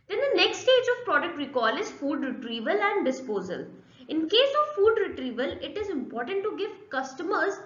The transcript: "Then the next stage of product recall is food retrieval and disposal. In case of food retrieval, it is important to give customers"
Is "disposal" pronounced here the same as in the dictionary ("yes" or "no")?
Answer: yes